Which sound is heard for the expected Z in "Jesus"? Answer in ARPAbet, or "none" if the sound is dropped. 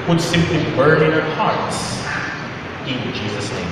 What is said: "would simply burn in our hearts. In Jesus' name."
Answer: Z